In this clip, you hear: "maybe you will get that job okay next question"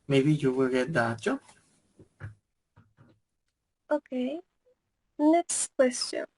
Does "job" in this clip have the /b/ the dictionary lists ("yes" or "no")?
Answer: no